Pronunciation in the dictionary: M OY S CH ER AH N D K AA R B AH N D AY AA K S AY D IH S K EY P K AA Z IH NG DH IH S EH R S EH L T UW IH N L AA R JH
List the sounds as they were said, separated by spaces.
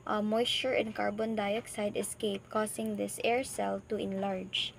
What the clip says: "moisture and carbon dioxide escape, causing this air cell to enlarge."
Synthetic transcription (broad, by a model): M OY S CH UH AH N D K AA R B AH N D AY AA K S AY D IH S K EY P K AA S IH NG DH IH S EH R S EH L T UW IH N L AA R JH